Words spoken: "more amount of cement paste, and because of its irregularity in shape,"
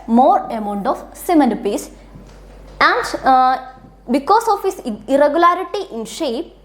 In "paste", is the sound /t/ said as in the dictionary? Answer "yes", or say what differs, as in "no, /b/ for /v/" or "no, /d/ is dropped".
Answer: no, /t/ is dropped